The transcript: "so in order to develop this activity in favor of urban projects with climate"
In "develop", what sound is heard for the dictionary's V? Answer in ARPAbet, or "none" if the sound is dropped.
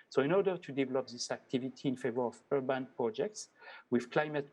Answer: V